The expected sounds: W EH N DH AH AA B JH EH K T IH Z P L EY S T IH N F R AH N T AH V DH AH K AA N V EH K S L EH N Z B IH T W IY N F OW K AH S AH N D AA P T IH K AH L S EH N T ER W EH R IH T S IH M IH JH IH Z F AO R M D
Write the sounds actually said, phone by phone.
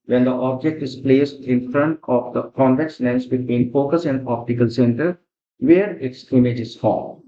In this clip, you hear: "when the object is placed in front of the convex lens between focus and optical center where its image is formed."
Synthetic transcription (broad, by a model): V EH N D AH AA B JH EH K T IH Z P L EY S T IH N F R AH N T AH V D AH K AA N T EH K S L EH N S B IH T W IY N F OW K AH S AH N D AA P T IH K AH L S EH N T ER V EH R IH T S IH M IH JH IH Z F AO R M